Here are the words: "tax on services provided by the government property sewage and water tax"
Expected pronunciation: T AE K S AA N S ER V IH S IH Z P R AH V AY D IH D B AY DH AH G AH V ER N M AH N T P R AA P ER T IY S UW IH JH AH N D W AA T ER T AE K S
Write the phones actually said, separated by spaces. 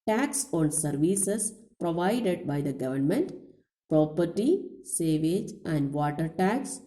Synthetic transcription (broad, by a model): T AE K S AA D S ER V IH S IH S P R AH V AY D IH D B AY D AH G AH V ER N M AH N T P R AA P ER T IY S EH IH JH AH N D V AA T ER T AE K S